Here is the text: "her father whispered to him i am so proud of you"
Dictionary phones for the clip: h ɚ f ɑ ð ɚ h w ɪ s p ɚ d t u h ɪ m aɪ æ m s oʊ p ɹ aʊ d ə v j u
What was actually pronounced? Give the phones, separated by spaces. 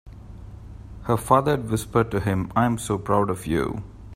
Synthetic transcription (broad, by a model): h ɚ f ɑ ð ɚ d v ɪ s p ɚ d t u h ɪ m aɪ m s oʊ p ɹ aʊ d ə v j u